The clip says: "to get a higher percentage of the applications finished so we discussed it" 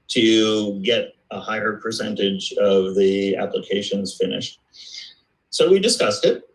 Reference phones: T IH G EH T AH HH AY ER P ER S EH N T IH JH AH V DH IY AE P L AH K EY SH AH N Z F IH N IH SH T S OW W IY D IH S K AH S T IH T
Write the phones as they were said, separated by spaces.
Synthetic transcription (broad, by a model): T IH G EH T AH HH AY ER P ER S EH N T IH JH AH V DH IY AE P L AH K EY SH AH N Z F IH N IH SH T S OW W IY D IH S K AH S T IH T